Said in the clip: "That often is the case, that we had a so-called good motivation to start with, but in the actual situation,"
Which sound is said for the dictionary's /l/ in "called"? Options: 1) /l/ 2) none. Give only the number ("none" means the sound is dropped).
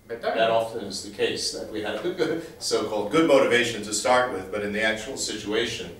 1